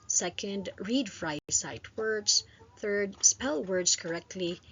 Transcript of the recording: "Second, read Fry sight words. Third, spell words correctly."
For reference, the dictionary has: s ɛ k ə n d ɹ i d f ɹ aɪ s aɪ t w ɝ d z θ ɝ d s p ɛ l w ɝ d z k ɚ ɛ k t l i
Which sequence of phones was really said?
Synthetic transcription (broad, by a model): s ɛ k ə n d ɹ i d f ɹ aɪ s aɪ t w ɝ d z θ ɝ d s p ɛ l w ɝ d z k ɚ ɛ k t l i